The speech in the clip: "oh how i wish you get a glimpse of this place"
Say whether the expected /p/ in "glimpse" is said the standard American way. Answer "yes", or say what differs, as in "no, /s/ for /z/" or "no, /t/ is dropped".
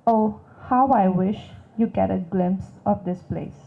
yes